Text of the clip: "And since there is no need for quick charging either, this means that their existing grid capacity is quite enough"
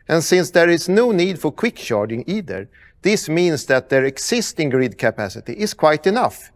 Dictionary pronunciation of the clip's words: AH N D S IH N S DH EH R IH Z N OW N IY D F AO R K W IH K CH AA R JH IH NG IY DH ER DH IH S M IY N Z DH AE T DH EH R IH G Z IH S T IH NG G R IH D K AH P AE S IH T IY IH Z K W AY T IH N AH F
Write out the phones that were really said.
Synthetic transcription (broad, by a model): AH N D S IH N S DH EH R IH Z N OW N IY D F AO R K W IH K SH AA R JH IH NG IY DH ER DH IH S M IY N S DH AE T DH EH R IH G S IH S T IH NG G R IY D K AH P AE S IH T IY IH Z K W AY T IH N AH F